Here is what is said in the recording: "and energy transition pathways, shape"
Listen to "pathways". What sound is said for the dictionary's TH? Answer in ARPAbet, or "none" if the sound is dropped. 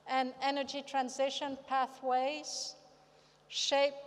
TH